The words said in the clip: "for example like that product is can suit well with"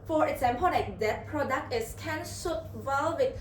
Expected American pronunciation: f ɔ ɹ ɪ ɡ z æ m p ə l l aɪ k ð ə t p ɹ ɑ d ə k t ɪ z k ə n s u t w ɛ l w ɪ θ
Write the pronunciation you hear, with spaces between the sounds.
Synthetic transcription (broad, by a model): f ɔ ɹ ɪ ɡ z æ m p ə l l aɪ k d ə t p ɹ ɑ d ə k t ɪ s k ə n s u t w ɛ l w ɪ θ